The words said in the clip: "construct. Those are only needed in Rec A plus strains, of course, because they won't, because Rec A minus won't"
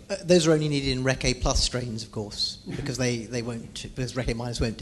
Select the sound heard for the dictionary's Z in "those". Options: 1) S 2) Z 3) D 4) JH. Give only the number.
2